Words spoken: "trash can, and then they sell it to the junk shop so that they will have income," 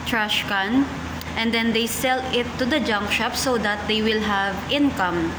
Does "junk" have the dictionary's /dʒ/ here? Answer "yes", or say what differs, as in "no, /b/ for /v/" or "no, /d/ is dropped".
yes